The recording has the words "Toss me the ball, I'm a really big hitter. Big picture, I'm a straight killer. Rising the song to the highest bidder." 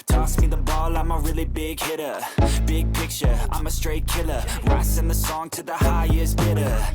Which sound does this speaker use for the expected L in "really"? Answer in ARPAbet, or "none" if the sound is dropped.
L